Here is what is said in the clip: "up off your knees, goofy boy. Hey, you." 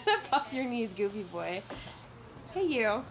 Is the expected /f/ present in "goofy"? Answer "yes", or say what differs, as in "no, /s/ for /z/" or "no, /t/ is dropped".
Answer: no, /p/ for /f/